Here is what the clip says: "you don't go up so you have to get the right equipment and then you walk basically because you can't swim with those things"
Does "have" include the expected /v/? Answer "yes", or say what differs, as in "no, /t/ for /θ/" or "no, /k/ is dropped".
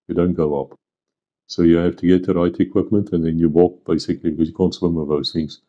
no, /f/ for /v/